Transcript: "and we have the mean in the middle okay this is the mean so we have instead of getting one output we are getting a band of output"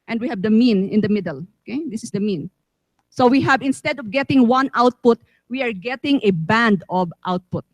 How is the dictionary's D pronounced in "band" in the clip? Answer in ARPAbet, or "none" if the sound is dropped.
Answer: D